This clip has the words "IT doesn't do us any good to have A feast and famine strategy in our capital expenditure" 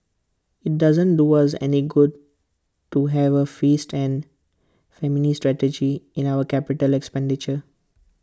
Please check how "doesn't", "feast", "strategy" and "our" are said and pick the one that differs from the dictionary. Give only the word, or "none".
none